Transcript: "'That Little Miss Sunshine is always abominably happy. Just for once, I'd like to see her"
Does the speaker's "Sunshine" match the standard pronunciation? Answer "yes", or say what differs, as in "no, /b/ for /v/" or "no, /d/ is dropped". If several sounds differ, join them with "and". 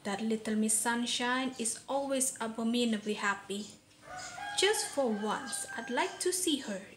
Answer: yes